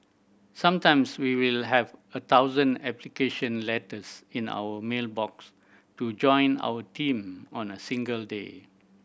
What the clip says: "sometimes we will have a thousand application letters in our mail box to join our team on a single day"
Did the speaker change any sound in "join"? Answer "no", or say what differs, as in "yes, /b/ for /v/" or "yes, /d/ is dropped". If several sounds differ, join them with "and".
no